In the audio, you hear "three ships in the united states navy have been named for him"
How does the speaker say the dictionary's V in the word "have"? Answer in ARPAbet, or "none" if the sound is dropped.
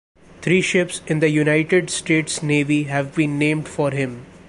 V